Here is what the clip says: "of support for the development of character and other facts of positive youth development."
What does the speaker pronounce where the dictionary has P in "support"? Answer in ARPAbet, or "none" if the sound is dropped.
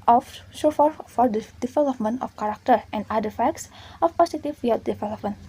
F